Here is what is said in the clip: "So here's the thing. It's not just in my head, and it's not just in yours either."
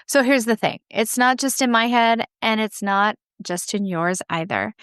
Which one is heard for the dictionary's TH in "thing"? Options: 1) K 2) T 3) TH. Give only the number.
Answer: 3